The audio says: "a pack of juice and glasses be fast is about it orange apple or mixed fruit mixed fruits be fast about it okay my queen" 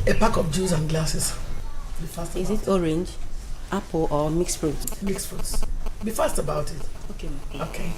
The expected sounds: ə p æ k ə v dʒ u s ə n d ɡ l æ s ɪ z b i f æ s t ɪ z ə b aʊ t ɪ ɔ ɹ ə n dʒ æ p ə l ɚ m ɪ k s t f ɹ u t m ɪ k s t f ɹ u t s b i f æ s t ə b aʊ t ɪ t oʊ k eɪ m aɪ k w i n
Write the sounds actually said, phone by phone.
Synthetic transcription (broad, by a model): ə p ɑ k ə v dʒ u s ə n ɡ l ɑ s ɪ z b i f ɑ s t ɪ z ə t ɔ ɹ ə n dʒ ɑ p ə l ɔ m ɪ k s f ɹ u t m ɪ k s f ɹ u t s b i f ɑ s t ə b aʊ t ɪ t oʊ k eɪ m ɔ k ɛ